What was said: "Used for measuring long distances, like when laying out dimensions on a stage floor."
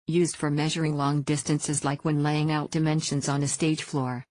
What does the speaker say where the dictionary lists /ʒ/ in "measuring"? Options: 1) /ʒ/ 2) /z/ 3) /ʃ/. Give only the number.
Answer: 1